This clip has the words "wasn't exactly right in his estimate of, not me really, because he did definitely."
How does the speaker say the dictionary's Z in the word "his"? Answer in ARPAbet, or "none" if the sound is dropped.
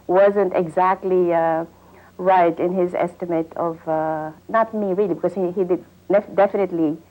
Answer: Z